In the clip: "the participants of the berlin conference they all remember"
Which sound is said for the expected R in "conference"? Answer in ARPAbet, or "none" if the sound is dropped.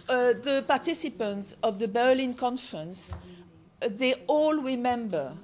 R